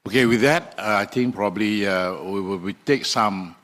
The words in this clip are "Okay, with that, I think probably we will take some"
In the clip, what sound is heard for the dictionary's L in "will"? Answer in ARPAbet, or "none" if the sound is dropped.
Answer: W